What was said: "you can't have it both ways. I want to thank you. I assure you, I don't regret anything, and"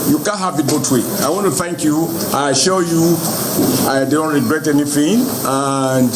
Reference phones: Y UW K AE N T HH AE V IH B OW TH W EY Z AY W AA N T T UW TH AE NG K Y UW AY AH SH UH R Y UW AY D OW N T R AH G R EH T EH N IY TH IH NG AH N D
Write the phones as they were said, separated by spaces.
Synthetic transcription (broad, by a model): Y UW K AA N HH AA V IH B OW T W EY AY W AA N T T UW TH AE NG K Y UW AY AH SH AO Y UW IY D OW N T R AH G R EH T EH N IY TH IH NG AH N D